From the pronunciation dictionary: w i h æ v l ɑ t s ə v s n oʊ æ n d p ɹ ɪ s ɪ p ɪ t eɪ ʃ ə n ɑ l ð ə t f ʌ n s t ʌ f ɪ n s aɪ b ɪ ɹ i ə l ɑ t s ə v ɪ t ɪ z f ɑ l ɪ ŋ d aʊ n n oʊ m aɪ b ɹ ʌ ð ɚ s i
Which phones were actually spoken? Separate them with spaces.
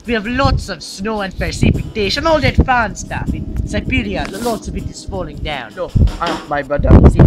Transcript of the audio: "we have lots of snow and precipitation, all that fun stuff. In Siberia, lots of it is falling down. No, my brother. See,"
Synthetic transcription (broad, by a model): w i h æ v l ɑ t s ə v s n oʊ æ n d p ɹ s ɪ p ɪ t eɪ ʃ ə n ɑ l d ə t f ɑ n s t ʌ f ɪ n s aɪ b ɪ ɹ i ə l ɑ t s ə v ɪ t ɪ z f ɑ l ɪ ŋ d aʊ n n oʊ m aɪ b ɹ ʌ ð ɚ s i